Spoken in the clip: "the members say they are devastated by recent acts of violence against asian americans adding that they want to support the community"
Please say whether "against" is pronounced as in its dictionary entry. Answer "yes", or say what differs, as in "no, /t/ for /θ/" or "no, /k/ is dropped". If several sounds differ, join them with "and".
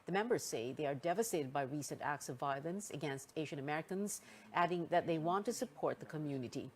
yes